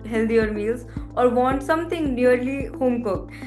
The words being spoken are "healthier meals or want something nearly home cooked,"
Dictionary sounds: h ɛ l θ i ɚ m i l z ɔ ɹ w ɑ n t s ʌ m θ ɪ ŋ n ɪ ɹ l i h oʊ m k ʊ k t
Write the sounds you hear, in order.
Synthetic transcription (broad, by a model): h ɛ l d i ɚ m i l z ɔ ɹ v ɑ n t s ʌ m t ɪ ŋ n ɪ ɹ l i h oʊ m k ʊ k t